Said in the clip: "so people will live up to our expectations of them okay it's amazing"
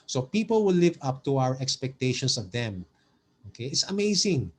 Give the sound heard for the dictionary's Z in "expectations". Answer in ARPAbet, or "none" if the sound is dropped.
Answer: S